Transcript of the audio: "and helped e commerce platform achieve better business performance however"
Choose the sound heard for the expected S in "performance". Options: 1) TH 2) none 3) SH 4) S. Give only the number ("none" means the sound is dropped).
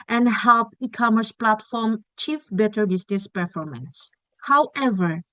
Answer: 4